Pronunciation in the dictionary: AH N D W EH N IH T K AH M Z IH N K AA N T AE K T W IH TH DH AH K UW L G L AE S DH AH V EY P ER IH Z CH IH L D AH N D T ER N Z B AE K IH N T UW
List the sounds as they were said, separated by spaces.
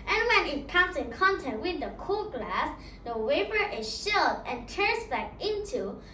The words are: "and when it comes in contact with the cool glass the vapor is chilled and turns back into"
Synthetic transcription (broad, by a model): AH N W EH N IH T K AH M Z IH N K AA N T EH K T W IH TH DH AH K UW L G L AE S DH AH W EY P ER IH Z SH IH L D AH N T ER N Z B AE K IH N T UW